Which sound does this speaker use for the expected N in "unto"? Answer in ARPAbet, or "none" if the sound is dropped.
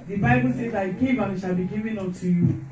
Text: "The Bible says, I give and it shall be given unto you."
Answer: none